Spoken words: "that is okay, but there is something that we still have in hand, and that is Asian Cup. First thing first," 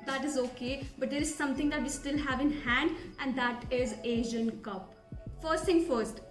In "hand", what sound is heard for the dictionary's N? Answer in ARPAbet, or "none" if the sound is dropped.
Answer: N